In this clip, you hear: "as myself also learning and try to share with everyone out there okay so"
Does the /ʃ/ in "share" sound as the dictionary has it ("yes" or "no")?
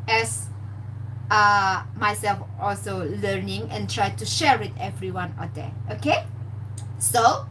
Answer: yes